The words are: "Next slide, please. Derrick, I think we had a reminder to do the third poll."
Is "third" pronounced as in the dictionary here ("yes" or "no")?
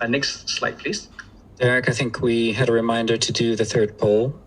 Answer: yes